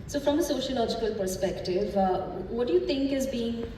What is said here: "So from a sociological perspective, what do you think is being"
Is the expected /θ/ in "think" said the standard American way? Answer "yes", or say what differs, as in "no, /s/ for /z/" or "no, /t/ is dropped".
no, /t/ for /θ/